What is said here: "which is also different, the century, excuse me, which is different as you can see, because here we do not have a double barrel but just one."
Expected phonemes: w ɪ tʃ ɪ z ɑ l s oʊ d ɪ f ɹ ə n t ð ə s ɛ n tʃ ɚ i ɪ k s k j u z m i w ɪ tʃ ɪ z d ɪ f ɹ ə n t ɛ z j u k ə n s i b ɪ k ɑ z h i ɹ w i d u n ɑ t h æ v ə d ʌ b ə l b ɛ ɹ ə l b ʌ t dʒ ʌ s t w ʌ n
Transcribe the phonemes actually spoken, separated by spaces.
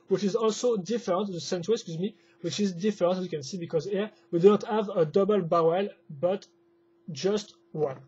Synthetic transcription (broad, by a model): w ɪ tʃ ɪ z ɑ l s oʊ d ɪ f ɹ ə n t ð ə s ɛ n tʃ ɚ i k s k j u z m i w ɪ tʃ ɪ z d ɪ f ɹ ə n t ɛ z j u k ə n s i b ɪ k ɑ z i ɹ w i d u n ɑ t h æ v ə d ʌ b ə l b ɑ w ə l b ʌ t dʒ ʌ s t w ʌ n